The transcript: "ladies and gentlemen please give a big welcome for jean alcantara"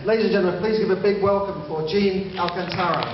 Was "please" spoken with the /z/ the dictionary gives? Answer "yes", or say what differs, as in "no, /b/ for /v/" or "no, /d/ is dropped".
yes